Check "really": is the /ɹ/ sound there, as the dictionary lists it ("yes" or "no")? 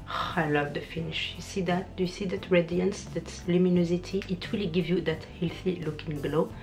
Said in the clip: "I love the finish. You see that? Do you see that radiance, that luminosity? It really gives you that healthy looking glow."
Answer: no